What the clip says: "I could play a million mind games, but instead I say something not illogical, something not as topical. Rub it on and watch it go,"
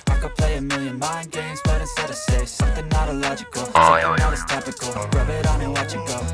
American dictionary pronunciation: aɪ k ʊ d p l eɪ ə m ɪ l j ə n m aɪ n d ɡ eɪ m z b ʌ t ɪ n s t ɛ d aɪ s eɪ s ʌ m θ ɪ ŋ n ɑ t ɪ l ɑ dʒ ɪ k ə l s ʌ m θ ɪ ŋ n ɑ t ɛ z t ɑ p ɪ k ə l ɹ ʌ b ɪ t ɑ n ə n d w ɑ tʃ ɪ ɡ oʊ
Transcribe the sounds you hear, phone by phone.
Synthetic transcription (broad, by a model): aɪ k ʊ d p l eɪ ə m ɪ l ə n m aɪ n ɡ eɪ m z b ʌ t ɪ s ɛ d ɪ s eɪ s ʌ m θ ɪ ŋ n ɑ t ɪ l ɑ dʒ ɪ k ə l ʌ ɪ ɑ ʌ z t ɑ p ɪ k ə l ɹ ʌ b ɪ t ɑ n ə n w ɑ tʃ ɪ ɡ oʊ